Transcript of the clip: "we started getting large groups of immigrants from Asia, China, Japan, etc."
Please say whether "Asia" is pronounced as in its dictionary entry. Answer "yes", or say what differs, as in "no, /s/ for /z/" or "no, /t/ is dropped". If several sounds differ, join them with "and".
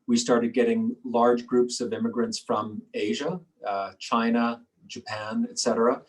yes